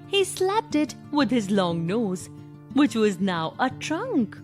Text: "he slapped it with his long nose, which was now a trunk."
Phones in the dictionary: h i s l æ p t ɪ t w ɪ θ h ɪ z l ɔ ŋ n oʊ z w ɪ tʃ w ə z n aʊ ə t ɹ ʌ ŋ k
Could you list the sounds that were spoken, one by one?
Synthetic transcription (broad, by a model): h i s l æ p t ɪ t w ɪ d h ɪ z l ɔ ŋ n oʊ z w ɪ tʃ w ə z n aʊ ə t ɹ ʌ ŋ k